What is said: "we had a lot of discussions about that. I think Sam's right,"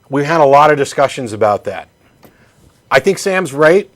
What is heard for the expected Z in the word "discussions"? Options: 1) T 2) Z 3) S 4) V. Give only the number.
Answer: 2